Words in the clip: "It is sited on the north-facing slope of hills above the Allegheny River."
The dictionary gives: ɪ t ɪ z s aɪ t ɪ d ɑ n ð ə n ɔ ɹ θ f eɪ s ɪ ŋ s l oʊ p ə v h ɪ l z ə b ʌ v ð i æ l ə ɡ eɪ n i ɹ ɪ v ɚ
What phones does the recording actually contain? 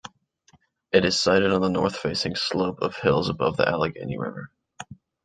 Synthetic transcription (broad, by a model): ɪ t ɪ z s aɪ t ɪ d n ð ə n ɔ ɹ θ f eɪ s ɪ ŋ s l oʊ p ə v h ɪ l z ə b ʌ v ð i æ l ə ɡ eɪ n i ɹ ɪ v ɚ